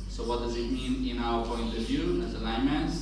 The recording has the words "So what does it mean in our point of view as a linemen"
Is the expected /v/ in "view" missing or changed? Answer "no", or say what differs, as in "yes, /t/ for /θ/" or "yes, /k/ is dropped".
no